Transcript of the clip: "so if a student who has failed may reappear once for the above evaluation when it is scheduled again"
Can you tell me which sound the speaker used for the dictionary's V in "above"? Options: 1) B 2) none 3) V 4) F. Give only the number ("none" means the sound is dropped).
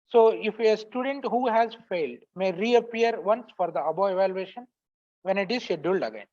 2